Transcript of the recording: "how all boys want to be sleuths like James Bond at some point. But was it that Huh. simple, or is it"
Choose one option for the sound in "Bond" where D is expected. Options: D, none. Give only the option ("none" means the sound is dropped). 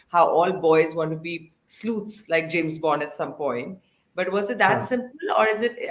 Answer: none